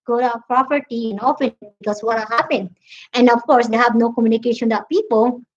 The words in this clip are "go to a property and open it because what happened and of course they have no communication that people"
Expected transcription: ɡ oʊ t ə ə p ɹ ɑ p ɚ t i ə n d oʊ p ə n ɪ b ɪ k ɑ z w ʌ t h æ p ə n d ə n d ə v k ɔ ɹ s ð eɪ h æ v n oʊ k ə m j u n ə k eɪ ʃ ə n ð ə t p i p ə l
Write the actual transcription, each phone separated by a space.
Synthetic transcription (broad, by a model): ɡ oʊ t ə p ɹ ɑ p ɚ t i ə n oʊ f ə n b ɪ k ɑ s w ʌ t h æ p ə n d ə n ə f k ɔ ɹ s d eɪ h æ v n oʊ k ə m j u n ə k eɪ ʃ ə n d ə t p i p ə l